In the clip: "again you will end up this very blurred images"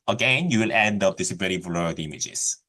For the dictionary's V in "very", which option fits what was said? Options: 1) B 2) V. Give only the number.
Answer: 1